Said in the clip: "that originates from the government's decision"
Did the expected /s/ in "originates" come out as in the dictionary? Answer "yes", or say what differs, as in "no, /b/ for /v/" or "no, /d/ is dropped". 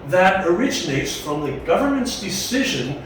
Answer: yes